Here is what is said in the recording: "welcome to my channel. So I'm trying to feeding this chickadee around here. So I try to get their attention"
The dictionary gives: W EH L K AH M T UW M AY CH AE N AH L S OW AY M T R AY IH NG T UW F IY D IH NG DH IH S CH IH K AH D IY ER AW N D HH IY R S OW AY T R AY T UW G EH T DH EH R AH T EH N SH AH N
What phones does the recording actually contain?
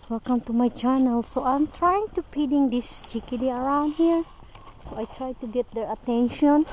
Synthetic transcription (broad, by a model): W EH L K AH M T UW M AY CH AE N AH L S OW AY M T R AY IH NG T UW P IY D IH NG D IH S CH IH K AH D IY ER AW N D HH IY R S OW AY T R AY T UW G EH T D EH R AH T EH N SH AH N